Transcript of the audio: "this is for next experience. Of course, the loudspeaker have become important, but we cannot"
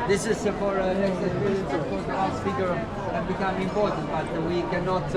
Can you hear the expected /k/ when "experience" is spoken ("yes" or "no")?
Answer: no